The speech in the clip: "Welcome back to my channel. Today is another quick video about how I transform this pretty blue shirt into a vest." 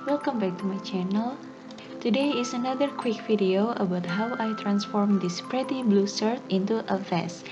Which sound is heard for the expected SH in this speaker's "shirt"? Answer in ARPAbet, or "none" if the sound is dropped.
S